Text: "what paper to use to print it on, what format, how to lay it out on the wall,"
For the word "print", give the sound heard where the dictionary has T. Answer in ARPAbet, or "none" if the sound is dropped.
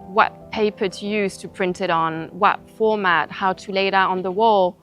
T